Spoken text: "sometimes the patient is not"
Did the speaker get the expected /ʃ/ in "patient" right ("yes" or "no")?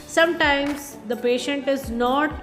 yes